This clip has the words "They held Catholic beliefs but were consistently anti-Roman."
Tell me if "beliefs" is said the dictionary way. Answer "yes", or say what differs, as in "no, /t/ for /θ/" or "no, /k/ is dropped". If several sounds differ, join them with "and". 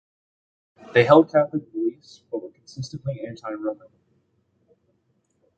no, /f/ is dropped